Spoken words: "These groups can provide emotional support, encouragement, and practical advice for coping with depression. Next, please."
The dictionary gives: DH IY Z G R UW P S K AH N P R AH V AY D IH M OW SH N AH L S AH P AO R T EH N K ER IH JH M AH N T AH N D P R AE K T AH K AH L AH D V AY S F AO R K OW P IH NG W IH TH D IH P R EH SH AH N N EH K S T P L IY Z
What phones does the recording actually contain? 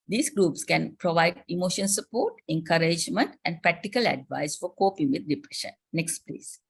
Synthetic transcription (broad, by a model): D IY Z G R UW P S K AH N P R AH V AY D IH M OW SH AH N S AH P AO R T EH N K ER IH JH M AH N T AH N D P R AE K T AH K AH L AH D V AY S F AO R K OW P IH NG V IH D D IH P R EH SH AH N N EH K S T P L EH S